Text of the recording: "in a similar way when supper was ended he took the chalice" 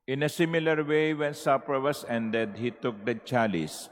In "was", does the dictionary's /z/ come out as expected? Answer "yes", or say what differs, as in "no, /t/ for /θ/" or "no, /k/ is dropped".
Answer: no, /s/ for /z/